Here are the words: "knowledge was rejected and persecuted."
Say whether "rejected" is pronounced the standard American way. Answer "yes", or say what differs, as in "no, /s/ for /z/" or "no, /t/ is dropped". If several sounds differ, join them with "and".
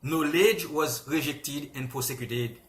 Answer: yes